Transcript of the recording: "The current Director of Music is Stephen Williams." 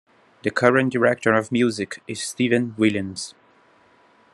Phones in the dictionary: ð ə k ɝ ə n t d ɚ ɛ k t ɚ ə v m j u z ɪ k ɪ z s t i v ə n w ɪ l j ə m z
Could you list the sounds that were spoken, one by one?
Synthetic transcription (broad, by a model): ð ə k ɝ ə n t d ɚ ɛ k t ɚ ə v m j u z ɪ k ɪ z s t i v ə n w ɪ l j ə m z